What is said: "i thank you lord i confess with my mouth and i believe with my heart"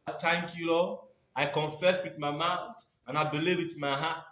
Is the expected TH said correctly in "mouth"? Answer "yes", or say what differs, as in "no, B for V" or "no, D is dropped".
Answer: no, T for TH